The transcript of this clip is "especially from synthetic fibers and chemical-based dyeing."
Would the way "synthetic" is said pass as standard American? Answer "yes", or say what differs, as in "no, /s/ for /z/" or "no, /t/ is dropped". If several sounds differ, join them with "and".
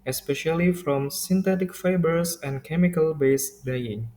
no, /t/ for /θ/